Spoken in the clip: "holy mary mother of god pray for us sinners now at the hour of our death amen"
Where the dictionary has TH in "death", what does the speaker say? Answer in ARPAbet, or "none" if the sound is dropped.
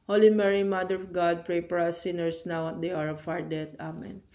T